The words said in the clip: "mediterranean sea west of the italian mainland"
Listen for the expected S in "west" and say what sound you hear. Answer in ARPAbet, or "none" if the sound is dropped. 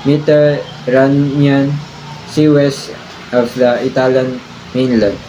S